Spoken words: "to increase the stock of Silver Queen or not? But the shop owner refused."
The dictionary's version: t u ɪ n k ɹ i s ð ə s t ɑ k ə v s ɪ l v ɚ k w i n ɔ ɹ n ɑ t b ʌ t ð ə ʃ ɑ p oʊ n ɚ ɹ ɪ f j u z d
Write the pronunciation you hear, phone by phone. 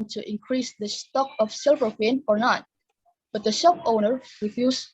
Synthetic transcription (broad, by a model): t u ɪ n k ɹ i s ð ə s t ɑ k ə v s ɪ l v ɚ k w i n ɔ ɹ n ɑ t b ʌ t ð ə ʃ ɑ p oʊ n ɚ ɹ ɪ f j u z